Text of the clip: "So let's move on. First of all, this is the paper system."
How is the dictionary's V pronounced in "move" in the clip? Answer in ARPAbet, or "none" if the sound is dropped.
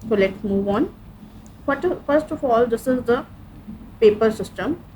V